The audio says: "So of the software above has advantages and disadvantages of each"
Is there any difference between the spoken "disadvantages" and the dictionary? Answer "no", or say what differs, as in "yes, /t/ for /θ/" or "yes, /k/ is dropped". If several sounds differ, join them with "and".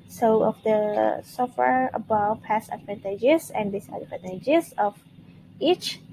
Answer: yes, /p/ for /v/ and /n/ is dropped